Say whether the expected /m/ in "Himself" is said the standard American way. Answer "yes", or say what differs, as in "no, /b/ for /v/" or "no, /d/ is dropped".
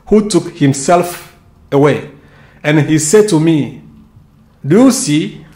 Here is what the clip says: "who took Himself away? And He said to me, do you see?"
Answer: yes